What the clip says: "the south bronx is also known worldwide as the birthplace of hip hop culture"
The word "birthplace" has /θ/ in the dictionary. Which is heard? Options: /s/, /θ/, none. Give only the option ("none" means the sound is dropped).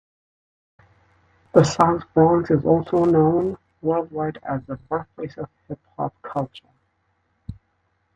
/s/